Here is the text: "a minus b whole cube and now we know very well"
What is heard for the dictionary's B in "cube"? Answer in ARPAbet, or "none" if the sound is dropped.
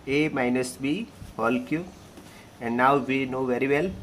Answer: none